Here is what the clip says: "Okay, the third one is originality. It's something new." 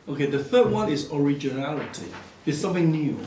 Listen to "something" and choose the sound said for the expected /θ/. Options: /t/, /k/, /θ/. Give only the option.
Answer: /θ/